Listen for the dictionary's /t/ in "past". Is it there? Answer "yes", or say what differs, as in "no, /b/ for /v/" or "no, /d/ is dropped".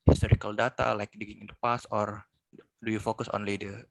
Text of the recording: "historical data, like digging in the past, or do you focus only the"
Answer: no, /t/ is dropped